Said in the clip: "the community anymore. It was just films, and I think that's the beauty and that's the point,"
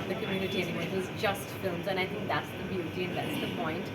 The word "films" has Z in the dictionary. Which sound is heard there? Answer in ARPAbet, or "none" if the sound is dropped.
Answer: Z